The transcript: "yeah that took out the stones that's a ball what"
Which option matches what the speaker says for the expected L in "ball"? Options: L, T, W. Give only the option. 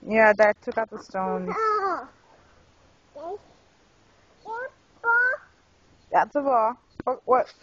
W